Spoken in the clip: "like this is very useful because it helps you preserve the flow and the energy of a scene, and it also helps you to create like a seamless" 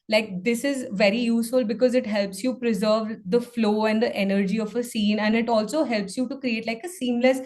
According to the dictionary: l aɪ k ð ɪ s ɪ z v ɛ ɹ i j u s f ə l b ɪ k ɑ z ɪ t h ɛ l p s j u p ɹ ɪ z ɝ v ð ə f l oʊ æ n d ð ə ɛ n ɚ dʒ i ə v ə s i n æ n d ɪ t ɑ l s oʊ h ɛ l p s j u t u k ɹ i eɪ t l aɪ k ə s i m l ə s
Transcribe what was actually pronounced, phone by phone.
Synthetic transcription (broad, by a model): l aɪ k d ɪ s ɪ z v ɛ ɹ i j u s f ə l b ɪ k ɑ z ɪ t h ɛ l p s j u p ɹ ɪ z ɝ v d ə f l oʊ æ n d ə ɛ n ɚ dʒ i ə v ə s i n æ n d ɪ t ɑ l s oʊ h ɛ l p s j u t u k ɹ i eɪ t l aɪ k ə s i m l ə s